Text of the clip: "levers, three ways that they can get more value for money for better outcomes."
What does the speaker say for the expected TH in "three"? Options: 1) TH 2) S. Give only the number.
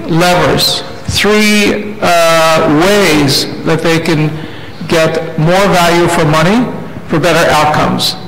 1